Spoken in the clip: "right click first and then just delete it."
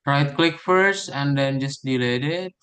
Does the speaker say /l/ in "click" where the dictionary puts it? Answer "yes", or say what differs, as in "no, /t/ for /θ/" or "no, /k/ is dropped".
yes